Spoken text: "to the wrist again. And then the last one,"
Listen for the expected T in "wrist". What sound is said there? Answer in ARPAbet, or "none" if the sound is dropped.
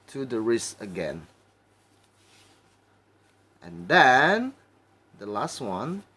none